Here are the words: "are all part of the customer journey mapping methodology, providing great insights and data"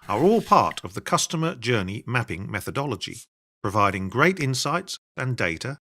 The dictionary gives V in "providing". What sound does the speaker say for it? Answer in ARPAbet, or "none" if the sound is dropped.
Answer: V